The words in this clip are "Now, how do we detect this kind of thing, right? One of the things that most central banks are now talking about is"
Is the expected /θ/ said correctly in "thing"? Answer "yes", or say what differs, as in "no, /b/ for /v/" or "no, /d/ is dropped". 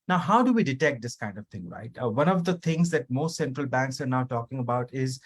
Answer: no, /t/ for /θ/